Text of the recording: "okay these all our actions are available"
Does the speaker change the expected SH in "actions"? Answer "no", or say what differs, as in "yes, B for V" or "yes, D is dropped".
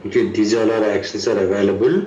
yes, S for SH